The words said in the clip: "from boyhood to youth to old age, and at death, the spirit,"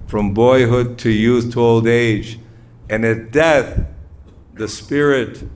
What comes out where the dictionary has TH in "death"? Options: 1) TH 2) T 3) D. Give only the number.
1